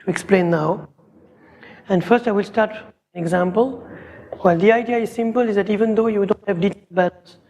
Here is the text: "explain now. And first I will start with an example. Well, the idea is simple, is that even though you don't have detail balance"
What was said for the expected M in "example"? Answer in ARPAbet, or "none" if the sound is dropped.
M